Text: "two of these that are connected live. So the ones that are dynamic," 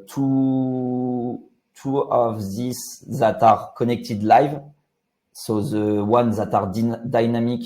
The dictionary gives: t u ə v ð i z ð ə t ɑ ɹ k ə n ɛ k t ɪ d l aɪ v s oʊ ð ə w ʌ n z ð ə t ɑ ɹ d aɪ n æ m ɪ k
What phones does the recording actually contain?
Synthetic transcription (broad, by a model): t u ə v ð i s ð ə t ɑ ɹ k ə n ɛ k t ɪ d l aɪ v s oʊ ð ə w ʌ n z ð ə t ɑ ɹ d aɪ n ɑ m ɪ k